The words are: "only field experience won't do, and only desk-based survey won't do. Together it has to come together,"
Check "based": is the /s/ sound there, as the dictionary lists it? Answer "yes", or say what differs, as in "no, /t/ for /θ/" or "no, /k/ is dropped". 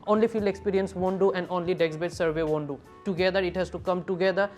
no, /s/ is dropped